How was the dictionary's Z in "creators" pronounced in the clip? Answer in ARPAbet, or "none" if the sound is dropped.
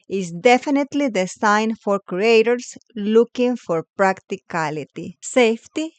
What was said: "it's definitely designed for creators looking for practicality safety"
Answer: S